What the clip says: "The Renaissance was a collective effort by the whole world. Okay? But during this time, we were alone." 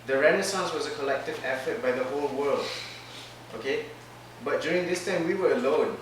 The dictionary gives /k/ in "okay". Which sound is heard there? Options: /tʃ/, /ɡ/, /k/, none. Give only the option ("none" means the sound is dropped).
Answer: /k/